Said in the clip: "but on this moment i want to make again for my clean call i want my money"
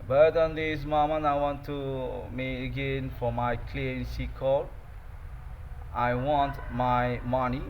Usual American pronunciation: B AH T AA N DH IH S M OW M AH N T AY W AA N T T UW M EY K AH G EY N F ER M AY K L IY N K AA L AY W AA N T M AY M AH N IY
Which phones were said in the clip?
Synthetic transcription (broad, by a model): B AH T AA N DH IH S M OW M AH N AY W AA N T T UW M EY AH G EY N F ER M AY K L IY N K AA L AY W AA N T M AY M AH N IY